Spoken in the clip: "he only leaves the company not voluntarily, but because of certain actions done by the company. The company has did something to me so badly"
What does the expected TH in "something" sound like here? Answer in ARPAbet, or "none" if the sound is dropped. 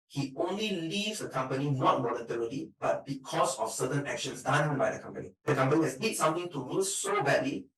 T